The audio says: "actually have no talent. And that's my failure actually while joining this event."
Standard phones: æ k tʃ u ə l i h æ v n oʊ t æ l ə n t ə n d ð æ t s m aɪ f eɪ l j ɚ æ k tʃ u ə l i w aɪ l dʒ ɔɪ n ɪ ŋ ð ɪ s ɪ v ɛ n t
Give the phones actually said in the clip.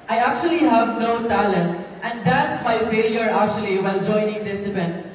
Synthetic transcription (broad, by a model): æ k tʃ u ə l i h æ v n oʊ t æ l ə n t ə n d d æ t s m aɪ f eɪ l j ɚ æ k tʃ u ə l i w aɪ l dʒ ɔɪ n ɪ ŋ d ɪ s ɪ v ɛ n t